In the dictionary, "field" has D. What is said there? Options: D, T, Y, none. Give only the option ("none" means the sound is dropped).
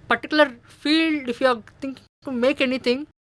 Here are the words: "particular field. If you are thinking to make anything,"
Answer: D